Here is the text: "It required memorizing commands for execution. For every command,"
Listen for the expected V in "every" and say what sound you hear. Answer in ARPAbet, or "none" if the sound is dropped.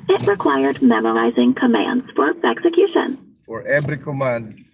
B